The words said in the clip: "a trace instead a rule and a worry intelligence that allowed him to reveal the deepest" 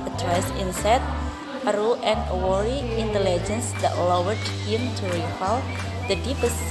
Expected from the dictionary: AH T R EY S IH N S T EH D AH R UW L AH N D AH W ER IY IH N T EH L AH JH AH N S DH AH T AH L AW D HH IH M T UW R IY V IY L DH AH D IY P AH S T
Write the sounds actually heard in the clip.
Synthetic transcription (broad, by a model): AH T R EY S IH N S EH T AH R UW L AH N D AH W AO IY IH N T EH L AH JH AH N S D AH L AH W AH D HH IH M T UW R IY F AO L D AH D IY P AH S